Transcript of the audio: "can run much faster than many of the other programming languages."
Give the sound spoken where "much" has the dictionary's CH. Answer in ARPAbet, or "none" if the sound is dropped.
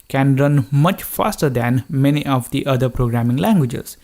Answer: CH